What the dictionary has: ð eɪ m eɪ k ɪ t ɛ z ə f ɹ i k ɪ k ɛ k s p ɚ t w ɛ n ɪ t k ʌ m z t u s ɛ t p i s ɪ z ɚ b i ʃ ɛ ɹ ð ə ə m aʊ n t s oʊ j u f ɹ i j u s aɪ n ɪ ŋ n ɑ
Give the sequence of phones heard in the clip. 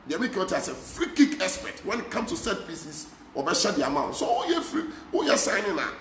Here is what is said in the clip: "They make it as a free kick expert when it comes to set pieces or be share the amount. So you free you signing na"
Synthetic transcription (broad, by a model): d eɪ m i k ɪ t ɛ s ə f ɹ i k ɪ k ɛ s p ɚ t w ɛ n ɪ t k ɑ m s t u s ɛ t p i s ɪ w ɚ b i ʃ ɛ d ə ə m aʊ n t s oʊ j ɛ f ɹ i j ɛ s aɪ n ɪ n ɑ